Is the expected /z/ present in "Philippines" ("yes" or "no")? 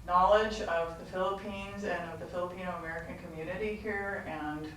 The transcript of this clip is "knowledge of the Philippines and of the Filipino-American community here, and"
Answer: yes